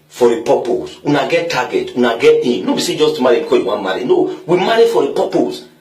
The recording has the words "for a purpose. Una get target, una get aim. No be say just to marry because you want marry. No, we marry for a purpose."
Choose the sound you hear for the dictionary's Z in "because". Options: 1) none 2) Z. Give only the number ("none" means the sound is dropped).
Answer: 1